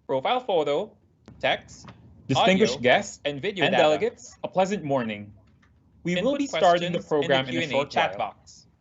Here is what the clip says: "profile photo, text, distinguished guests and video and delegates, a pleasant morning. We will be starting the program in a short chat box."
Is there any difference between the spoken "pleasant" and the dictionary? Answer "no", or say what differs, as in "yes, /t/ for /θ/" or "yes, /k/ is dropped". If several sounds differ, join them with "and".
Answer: no